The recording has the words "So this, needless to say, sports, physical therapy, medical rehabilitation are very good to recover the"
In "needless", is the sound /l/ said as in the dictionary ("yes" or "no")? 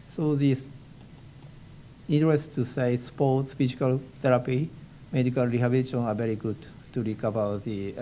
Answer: no